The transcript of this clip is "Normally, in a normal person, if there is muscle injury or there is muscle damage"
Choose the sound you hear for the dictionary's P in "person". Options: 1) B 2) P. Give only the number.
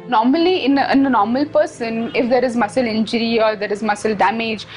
2